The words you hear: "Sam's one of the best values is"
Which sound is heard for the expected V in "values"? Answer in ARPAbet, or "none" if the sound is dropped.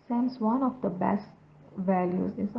V